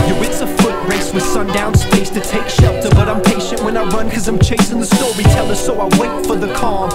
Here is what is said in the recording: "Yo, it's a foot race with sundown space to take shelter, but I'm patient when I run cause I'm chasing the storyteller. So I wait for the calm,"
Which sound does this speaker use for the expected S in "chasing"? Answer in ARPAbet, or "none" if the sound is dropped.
S